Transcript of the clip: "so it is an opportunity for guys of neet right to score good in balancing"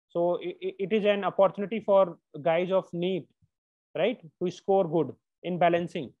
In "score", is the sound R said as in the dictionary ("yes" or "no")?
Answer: yes